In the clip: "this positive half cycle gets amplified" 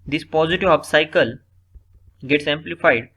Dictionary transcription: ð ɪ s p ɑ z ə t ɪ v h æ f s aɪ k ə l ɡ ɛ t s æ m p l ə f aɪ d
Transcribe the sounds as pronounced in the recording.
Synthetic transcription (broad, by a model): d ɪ s p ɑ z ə t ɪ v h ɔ p s aɪ k ə l ɡ ɛ t s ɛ m p l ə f aɪ d